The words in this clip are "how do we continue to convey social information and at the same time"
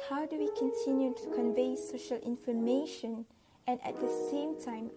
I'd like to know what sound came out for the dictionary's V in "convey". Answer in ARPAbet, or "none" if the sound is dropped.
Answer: V